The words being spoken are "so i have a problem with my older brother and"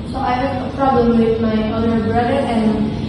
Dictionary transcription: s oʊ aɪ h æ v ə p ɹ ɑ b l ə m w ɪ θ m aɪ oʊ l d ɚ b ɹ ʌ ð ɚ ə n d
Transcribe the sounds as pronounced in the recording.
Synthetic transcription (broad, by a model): s oʊ aɪ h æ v ə p ɹ ɑ b l ə m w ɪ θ m aɪ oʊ d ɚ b ɹ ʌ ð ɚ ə n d